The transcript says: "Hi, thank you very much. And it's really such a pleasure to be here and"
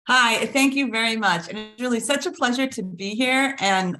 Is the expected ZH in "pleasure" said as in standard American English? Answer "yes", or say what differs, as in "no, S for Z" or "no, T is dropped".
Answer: yes